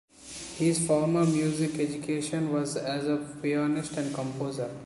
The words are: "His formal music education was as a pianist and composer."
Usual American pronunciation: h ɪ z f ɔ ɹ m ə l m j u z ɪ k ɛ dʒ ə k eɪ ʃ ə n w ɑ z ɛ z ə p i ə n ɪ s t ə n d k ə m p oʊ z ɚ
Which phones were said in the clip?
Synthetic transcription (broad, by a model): h ɪ z f ɔ ɹ m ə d m j u z ɪ k ɛ dʒ ə k eɪ ʃ ə n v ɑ z ɛ z ə p i ə n ɪ s t ə n d k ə m p oʊ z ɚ